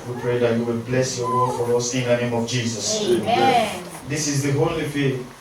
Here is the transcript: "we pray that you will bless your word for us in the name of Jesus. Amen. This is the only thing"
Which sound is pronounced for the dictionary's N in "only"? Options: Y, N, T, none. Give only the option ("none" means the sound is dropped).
none